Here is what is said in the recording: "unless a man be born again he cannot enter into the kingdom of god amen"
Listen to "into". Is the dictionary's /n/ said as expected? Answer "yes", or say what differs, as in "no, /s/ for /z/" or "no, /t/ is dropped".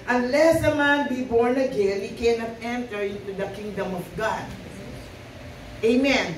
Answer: yes